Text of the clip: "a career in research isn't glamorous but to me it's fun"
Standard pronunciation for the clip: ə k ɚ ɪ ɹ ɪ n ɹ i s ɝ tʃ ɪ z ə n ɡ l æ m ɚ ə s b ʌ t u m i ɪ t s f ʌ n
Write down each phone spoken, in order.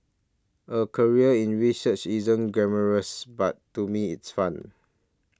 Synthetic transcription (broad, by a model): ə k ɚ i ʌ ɪ n ɹ i s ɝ tʃ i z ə n ɡ ɛ m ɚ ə s b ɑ t u m i ɪ t s f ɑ n